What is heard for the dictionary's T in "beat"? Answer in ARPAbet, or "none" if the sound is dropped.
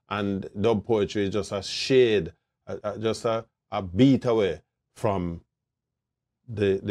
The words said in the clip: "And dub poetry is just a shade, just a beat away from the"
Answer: T